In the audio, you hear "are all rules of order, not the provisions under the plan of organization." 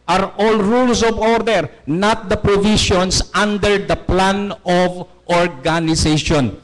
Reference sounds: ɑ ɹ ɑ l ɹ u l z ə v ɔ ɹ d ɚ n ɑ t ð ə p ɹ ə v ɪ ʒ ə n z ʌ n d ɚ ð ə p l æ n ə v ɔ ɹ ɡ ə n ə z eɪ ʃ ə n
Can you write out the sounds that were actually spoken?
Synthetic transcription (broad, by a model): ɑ ɹ ɑ l ɹ u l s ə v ɔ ɹ d ɚ n ɑ t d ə p ɹ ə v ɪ ʃ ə n s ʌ n d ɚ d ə p l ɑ n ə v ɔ ɹ ɡ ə n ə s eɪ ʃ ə n